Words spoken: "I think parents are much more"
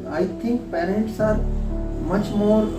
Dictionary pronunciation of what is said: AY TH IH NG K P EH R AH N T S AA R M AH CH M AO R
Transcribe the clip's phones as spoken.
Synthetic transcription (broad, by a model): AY T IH NG K P EH R AH N T S AA R M AH CH M AO R